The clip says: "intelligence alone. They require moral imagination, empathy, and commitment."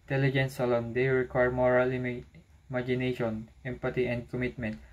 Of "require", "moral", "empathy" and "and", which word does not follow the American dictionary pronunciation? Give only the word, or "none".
empathy